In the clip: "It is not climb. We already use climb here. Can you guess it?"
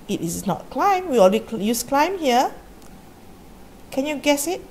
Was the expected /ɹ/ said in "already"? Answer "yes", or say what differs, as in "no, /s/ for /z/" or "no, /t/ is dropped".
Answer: no, /l/ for /ɹ/